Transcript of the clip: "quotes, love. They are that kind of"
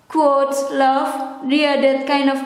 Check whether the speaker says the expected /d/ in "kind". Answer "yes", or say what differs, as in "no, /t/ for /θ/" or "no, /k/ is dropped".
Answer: yes